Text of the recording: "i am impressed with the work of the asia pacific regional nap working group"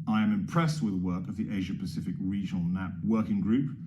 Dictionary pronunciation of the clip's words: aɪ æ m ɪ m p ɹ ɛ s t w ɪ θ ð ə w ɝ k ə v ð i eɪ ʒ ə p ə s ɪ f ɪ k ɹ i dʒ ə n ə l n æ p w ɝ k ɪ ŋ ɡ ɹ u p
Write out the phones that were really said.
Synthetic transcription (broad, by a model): aɪ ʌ m ɪ m p ɹ ɛ s t w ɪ ð ə w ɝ k ə v ð i eɪ ʒ ə p ə s ɪ f ɪ k ɹ i dʒ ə n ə l n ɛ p w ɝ k ɪ ŋ ɡ ɹ u p